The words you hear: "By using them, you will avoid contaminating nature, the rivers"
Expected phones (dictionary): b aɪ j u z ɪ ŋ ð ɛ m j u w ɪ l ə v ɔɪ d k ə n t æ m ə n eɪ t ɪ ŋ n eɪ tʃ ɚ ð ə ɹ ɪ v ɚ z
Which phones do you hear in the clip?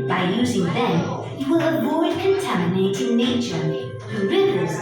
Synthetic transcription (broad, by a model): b aɪ j u z ɪ ŋ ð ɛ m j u w ɪ l ə v ɔɪ d k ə n t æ m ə n eɪ t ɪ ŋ n eɪ tʃ ɚ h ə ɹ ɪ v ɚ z